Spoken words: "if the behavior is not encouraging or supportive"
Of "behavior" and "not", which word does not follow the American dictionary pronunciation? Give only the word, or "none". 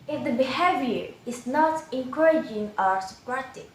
none